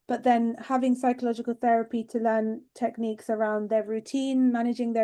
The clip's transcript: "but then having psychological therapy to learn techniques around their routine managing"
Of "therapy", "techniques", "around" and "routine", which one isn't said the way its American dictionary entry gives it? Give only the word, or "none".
none